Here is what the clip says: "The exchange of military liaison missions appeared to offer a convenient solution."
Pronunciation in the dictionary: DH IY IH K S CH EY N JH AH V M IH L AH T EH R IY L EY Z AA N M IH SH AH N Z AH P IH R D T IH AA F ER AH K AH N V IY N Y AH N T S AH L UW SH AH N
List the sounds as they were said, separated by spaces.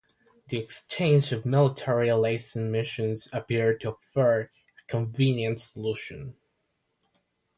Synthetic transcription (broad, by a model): DH IY IH K S CH EY N JH AH V M IH L AH T EH R IY L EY S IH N M IH SH AH N Z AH P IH R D T IH F ER AH K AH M V IY N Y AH N T S AH L UW SH AH N